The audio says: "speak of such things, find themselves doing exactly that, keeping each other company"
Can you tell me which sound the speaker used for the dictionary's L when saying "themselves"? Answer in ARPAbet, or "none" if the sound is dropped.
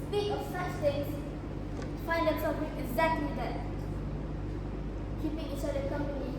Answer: none